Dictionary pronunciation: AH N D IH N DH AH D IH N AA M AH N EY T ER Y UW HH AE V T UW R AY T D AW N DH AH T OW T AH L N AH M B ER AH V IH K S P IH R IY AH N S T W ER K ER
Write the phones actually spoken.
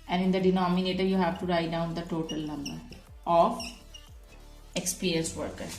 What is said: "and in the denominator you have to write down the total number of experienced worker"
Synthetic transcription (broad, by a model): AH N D IH N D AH D IH N AA M AH N EY T ER Y UW HH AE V T UW R AY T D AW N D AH T OW T AH L N AH M B ER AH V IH K S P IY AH L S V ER K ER